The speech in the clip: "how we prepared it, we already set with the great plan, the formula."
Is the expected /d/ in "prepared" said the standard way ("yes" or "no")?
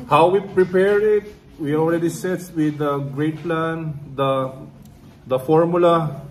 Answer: no